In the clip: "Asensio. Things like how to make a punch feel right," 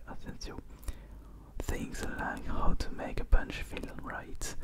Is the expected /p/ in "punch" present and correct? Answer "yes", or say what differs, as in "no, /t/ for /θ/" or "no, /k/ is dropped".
no, /b/ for /p/